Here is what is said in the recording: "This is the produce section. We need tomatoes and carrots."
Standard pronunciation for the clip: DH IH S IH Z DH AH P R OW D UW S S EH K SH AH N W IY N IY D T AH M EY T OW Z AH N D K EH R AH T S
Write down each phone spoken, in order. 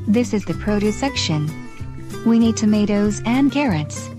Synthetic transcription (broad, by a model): DH IH S IH Z DH AH P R OW D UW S S EH K SH AH N W IY N IY D T AH M EY T OW Z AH N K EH R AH T S